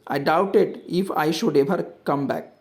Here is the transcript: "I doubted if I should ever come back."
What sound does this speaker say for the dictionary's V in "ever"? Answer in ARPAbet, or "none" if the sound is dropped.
B